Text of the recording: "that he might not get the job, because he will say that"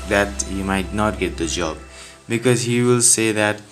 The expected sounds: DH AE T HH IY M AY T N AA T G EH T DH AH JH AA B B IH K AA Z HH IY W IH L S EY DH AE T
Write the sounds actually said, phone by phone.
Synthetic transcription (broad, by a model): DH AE T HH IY M AY T N AA T G EH T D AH JH AA B B IH K AA Z HH IY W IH L S EY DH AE T